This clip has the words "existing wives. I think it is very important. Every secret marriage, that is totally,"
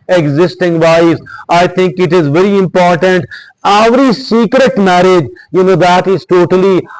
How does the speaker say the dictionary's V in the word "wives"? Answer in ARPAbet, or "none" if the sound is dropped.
none